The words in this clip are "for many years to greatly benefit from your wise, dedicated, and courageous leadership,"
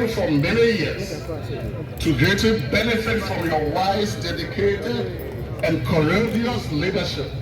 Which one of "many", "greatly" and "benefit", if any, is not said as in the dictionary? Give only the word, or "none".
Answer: greatly